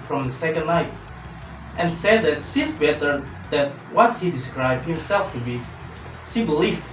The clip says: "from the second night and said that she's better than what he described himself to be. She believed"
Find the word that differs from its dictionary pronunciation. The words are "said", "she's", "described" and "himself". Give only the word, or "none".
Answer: she's